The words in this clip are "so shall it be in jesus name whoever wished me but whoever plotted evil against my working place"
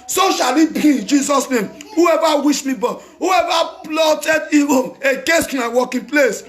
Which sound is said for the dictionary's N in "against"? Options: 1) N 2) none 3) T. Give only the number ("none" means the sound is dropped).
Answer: 2